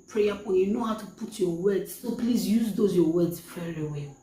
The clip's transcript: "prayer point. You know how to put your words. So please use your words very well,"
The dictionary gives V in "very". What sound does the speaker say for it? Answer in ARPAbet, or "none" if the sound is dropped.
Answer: F